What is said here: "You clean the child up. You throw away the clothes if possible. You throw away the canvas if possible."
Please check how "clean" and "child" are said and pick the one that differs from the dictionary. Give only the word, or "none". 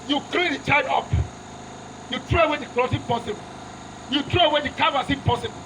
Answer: child